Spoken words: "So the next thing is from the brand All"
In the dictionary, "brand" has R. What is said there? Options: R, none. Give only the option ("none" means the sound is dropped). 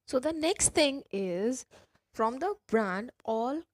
R